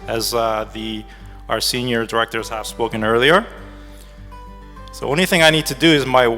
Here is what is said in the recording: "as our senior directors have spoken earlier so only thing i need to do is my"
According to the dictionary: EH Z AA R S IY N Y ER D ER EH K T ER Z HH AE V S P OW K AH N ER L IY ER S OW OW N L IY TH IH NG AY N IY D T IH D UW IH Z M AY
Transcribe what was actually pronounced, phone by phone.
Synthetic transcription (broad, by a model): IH Z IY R S IY N Y ER D ER EH K T ER Z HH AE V S P OW K AH N ER L IY ER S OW OW N L IY TH IH NG AY N IY D T IH D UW IH Z M AY